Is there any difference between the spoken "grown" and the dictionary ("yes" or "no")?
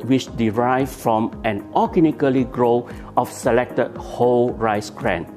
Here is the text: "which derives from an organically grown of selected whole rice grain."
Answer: yes